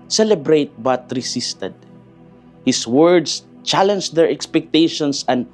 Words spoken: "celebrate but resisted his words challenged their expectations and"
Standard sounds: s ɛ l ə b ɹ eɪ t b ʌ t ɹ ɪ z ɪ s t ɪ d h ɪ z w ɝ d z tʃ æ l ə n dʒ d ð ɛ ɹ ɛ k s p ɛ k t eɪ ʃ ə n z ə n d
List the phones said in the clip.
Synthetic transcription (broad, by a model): s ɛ l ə b ɹ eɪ t b ʌ t ɹ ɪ s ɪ s t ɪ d h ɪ s w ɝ d s tʃ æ l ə n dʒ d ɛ ɹ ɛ k s p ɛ k t eɪ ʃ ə n s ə n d